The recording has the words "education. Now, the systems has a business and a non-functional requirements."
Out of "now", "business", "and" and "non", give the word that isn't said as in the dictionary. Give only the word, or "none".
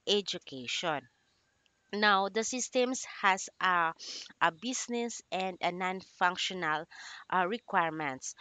business